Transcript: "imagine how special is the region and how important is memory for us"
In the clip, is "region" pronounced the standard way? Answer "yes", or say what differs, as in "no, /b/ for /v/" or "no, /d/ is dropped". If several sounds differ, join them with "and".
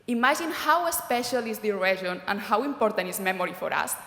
no, /ʒ/ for /dʒ/